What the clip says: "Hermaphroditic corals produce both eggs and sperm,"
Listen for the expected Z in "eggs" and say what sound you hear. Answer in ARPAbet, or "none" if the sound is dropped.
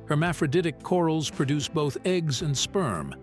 Z